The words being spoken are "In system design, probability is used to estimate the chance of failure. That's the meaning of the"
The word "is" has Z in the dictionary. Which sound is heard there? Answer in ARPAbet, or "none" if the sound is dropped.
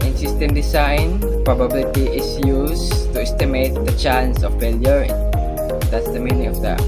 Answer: S